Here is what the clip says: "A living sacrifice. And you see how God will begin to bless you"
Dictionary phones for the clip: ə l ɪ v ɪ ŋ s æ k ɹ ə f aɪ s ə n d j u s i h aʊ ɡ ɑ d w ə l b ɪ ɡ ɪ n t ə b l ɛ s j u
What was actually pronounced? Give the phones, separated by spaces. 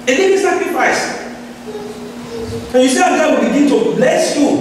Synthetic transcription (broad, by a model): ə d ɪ ɪ s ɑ k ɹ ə f aɪ s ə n j u s i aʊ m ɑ w ə l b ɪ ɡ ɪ n t ə b l ɛ s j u